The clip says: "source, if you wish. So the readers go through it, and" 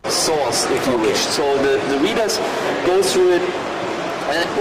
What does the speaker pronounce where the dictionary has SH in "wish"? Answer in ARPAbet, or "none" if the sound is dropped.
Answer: SH